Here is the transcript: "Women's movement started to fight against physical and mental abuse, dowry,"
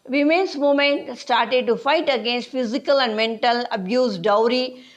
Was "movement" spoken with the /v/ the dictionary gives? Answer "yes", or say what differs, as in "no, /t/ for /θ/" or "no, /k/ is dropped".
no, /v/ is dropped